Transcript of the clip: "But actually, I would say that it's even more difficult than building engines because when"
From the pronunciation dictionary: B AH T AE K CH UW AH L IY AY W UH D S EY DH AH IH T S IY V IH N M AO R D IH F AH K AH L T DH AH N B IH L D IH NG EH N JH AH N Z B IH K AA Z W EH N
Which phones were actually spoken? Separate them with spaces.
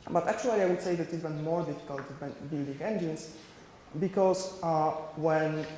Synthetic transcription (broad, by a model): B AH T AE K CH UW AH L IY AY W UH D S EY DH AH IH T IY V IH N M AO R D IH F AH K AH L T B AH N B IH L D IH NG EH N JH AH N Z B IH K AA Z W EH N